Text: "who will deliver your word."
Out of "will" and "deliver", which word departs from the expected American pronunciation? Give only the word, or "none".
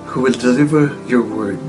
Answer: none